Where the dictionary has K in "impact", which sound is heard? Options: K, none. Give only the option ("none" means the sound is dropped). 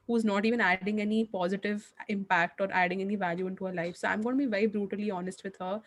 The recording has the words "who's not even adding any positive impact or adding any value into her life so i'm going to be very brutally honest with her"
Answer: K